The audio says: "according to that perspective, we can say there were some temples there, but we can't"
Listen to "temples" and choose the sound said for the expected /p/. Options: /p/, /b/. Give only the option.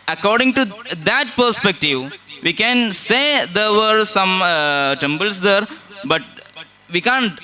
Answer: /b/